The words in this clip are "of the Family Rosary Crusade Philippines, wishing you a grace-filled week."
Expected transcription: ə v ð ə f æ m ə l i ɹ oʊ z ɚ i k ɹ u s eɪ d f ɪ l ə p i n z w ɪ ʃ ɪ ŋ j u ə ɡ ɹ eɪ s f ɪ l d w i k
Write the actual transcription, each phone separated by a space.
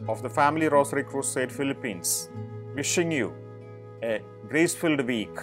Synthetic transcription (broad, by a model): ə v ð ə f æ m ə l i ɹ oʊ s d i k ɹ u s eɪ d f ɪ l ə p i n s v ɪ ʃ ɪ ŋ j u ə ɡ ɹ eɪ s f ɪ l d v i k